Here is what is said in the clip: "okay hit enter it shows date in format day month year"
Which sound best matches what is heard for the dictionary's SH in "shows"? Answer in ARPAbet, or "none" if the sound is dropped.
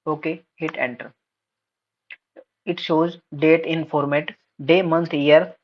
SH